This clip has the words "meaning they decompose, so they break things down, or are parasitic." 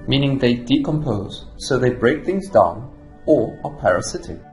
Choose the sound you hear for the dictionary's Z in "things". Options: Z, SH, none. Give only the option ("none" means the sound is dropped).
Z